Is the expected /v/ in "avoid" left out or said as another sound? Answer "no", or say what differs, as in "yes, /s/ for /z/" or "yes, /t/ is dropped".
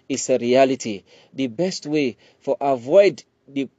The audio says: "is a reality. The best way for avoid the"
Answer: no